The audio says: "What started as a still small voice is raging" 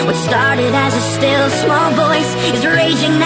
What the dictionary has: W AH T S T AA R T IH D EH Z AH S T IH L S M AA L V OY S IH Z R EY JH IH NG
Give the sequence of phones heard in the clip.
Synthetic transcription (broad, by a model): W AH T S T AA R T IH D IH Z AH S T IH L S M AA L V OY S IH Z R EY JH IH NG